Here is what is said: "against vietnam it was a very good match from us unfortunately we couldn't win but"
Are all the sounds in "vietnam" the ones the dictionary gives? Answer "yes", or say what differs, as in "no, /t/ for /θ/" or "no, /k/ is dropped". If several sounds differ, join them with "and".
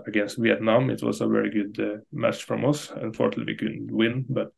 yes